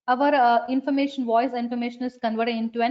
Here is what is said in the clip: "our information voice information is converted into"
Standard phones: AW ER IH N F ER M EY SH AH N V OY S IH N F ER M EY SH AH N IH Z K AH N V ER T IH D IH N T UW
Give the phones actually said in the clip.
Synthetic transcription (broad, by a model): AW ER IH N F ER M EY SH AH N V OY S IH N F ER M EY SH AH N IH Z K AH N V ER T IH D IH N T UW